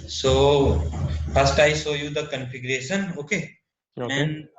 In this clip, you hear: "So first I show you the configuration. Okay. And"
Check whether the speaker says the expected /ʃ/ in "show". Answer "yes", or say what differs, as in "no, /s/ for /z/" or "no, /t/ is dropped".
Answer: no, /s/ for /ʃ/